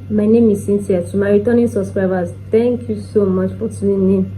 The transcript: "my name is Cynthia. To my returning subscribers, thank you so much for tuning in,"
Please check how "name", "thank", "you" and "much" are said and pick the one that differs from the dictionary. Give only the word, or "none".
thank